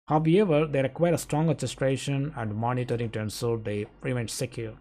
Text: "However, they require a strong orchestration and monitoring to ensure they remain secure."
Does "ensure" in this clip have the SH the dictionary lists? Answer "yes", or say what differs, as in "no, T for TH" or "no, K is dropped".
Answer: no, S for SH